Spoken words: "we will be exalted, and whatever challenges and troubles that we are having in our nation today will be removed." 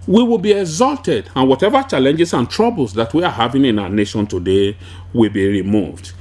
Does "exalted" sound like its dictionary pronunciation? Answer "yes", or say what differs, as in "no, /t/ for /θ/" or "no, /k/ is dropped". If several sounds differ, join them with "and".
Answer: yes